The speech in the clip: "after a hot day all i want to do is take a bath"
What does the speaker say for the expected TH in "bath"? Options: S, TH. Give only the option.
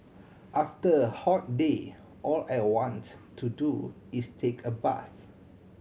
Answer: S